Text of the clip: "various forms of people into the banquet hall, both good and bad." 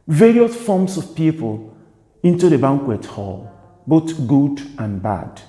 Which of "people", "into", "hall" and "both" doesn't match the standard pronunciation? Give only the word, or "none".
both